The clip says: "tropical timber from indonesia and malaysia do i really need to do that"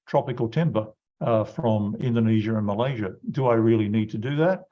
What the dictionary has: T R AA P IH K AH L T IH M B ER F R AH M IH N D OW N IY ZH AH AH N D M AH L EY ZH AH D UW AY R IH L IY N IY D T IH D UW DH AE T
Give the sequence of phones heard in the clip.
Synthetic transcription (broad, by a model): T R AA P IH K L T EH M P ER F R AH M IH N D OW N IY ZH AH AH N M AH L EY ZH AH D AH AY R IH L IY N IY D T IH D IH DH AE T